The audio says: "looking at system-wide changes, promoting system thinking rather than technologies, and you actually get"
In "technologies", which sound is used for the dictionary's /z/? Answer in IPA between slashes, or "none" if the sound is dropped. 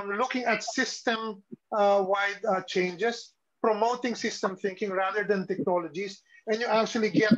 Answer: /s/